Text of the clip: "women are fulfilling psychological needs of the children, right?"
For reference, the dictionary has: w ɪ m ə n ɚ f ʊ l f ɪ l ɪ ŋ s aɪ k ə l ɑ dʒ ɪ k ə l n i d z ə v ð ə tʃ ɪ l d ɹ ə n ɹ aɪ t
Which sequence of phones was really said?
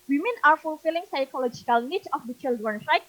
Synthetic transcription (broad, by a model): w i m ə n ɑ f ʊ l f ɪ l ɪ ŋ s aɪ k ə l ɑ dʒ ɪ k ə l n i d ə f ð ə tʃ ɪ l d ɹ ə n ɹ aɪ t